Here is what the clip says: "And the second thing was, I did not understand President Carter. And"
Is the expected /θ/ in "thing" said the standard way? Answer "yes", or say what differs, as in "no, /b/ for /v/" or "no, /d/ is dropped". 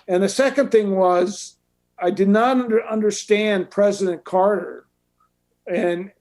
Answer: yes